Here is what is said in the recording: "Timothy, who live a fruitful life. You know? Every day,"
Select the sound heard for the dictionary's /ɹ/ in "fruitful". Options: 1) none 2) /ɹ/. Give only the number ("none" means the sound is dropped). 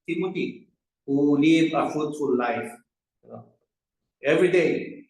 1